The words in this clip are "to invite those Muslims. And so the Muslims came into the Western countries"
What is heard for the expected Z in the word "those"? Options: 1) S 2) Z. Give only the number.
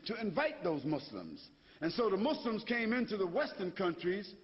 2